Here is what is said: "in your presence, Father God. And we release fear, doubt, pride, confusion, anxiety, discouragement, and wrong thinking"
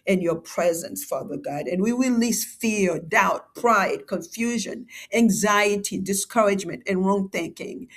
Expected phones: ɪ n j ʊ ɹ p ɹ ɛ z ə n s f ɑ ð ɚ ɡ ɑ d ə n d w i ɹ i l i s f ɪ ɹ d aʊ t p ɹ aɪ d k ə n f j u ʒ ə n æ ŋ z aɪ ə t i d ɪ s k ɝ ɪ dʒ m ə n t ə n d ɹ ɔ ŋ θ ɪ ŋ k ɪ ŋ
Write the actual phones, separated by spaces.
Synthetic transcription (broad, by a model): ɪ n j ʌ ɹ p ɹ ɛ z ə n s f ɑ ð ɚ ɡ ɑ d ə n w i w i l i s f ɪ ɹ d aʊ t p ɹ aɪ d k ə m f j u ʒ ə n æ ŋ z aɪ ə t i d ɪ s k ɝ ɪ dʒ m ə n t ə n ɹ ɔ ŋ θ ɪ ŋ k ɪ ŋ